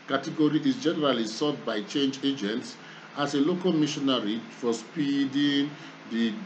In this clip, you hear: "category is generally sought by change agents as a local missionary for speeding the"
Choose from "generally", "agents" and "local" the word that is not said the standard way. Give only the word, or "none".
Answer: none